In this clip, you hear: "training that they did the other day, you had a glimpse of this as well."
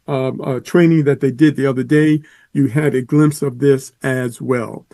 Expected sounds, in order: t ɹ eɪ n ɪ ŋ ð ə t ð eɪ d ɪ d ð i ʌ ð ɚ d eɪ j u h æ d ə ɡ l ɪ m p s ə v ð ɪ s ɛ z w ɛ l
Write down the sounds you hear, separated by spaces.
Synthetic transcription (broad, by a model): t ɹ eɪ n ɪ ŋ ð ə t ð eɪ d ɪ d ð i ʌ ð ɚ d eɪ j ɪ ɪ d ə ɡ l ɪ m p s ə v ð ɪ s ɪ z w ɛ l